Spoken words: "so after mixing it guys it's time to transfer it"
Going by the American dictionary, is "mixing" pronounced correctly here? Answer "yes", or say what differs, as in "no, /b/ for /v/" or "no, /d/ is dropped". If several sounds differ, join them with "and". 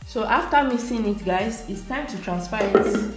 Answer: no, /k/ is dropped